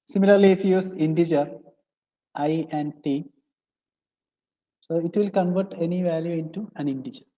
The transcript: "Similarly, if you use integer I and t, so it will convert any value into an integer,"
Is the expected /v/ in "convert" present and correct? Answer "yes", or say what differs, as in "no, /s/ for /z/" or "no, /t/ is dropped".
yes